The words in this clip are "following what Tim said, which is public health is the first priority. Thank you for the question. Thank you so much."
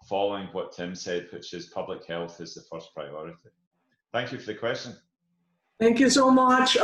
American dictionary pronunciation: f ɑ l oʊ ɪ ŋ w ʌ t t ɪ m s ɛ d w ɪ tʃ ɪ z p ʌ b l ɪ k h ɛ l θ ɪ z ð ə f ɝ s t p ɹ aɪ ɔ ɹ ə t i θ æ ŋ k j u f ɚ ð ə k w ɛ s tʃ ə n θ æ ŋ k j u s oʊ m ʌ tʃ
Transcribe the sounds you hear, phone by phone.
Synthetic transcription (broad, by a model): f ɑ l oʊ ɪ ŋ w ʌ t t ɪ m s ɛ d w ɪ tʃ ɪ z p ʌ b l ɪ k h ɛ l θ ɪ z ð ə f ɝ s p ɹ aɪ ɔ ɹ ə t i θ æ ŋ k j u f ɚ ð ə k w ɛ s tʃ ə n θ æ ŋ k j u s oʊ m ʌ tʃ